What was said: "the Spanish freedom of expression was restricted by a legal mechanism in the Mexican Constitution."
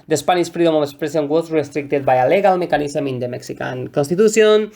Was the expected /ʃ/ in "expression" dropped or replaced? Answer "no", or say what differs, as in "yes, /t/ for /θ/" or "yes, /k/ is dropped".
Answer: yes, /s/ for /ʃ/